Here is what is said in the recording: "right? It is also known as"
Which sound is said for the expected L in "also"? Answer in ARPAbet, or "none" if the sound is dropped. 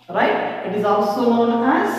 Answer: L